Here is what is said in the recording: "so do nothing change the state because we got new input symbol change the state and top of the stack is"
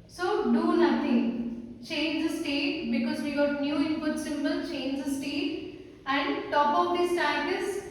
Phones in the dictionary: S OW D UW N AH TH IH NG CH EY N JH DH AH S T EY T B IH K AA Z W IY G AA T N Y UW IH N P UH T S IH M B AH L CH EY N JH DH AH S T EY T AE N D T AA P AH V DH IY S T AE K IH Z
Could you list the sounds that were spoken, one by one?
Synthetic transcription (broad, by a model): S OW D UW N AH T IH NG CH EY N JH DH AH S T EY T B IH K AA Z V IY G AA T N Y UW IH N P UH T S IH M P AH L CH EY N JH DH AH S T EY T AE N D T AA P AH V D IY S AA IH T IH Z